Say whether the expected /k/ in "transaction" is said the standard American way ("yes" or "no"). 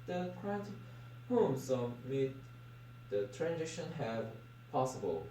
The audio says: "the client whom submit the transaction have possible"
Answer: no